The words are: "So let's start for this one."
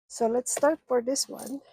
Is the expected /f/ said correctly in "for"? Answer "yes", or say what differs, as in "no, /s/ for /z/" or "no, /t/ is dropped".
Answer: yes